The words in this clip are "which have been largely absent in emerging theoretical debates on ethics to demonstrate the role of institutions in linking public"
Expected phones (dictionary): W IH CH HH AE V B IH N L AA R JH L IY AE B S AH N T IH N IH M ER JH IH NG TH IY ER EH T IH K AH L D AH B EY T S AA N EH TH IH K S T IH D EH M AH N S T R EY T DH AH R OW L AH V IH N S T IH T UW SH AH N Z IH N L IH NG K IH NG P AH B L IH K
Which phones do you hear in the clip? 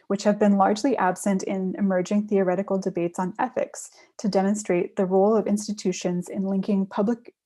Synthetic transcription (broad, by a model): W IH CH HH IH V B IH N L AA R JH L IY AE B S AH N T IH N IH M ER JH IH NG TH IY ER EH T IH K L D AH B EY T S N EH TH IH K S T IH D EH M AH N S T R EY T DH AH R OW L AH V IH N S T IH T UW SH AH N Z IH N L IH NG K IH NG P AH B L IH K